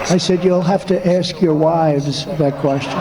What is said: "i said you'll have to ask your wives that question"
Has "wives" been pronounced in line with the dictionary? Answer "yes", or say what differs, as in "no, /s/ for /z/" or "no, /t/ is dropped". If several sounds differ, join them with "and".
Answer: yes